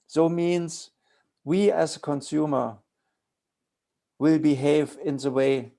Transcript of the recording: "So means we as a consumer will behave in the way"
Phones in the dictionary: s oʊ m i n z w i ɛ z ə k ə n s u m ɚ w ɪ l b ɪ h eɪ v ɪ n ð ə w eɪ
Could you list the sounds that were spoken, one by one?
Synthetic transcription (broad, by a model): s oʊ m i n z w i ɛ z ə k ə n s u m ɚ w ɪ l b ɪ h eɪ v ɪ n ð ə w eɪ